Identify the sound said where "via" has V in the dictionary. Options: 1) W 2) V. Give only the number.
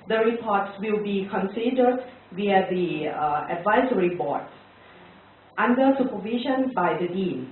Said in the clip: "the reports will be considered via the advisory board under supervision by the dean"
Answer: 1